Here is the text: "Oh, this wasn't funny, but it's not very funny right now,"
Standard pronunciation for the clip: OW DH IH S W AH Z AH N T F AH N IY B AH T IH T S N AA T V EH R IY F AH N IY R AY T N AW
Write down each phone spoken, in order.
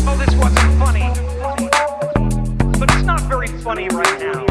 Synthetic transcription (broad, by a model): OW DH IH S W AH Z AH N T F AH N IY B AH T IH T S N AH T V EH R IY F AH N IY R AY T N AW